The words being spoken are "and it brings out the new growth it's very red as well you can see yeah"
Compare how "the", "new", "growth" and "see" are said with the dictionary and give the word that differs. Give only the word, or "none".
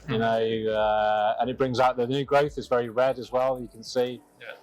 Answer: none